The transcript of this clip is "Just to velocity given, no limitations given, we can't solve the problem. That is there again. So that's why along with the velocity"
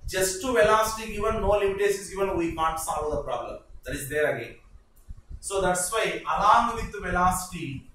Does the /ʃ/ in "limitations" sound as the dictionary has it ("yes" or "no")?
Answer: no